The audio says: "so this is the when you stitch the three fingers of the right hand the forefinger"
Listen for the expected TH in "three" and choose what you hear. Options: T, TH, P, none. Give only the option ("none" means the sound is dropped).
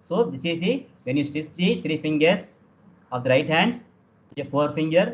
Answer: T